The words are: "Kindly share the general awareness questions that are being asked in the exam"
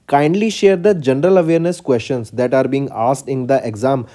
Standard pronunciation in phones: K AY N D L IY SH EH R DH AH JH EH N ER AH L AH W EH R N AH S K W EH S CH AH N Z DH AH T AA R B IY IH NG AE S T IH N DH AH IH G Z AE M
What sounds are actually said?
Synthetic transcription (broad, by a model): K AY N D L IY SH EH R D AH JH EH N ER AH L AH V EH R N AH S K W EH S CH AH N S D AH T AA R B IY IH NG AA S T IH N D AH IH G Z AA M